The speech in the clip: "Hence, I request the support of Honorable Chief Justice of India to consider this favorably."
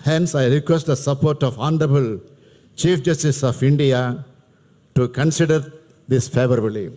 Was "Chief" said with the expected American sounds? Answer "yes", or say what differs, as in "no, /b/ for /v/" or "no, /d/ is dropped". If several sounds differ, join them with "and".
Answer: yes